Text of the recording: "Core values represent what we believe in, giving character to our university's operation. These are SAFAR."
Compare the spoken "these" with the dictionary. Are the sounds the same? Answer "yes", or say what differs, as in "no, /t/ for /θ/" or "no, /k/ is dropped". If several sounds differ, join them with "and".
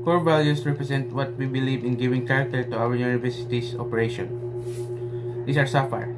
no, /s/ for /z/